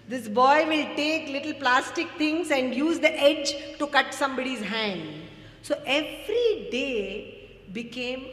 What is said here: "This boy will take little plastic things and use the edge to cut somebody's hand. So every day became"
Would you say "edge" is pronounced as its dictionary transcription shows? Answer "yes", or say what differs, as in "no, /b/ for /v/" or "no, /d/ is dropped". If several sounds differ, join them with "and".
yes